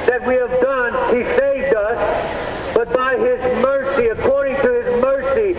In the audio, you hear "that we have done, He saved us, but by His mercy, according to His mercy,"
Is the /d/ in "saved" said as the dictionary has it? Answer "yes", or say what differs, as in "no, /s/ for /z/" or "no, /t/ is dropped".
yes